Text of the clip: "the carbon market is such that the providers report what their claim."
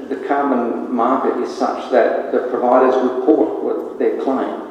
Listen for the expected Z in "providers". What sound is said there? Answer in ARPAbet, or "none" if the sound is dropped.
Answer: Z